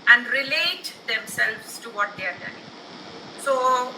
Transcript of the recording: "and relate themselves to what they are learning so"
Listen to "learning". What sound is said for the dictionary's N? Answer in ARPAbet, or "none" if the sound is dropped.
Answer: none